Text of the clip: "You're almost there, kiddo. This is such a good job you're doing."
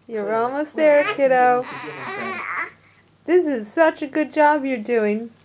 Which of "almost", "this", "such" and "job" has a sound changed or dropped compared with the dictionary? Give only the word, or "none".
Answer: none